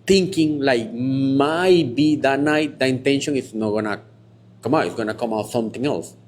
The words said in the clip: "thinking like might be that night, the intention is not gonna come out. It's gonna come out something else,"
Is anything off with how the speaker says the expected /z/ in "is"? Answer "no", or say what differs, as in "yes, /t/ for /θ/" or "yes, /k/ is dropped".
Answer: yes, /s/ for /z/